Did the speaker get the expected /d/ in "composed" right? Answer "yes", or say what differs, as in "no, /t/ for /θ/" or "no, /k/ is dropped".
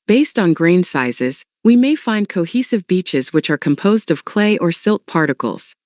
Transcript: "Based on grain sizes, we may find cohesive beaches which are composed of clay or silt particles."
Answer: yes